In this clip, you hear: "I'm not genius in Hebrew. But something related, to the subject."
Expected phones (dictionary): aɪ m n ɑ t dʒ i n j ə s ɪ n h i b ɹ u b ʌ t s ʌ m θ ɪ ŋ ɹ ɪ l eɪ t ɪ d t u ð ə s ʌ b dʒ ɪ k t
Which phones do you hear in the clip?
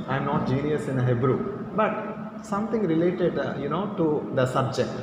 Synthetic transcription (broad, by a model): aɪ m n ɑ t dʒ i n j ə s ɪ n h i b ɹ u b ʌ t s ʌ m t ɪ ŋ ɹ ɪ l eɪ t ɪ d t u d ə s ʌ b dʒ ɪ k t